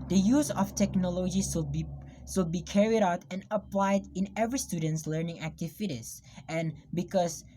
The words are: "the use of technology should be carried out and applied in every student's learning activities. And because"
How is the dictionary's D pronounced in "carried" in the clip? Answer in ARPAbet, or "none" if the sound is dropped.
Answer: D